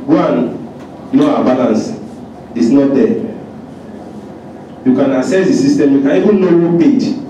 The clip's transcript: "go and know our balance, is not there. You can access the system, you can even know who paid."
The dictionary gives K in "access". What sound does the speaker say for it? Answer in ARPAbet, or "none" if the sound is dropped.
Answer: none